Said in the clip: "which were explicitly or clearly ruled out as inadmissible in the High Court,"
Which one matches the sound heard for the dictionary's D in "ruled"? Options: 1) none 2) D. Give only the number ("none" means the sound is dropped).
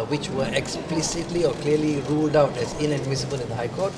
2